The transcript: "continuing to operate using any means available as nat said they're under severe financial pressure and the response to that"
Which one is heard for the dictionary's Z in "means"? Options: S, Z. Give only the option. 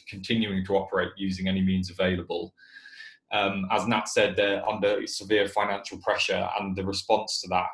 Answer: Z